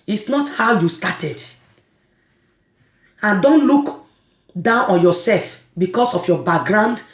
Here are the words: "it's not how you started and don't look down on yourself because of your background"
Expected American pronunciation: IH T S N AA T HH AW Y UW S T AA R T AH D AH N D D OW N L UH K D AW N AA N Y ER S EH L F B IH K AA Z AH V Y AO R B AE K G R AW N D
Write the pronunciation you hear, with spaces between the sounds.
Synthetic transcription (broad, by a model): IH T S N AA T HH AW Y UW S T AA T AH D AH N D D OW N L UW K D AW N AA N Y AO S EH L F B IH K AA S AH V Y AO B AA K G R AW N D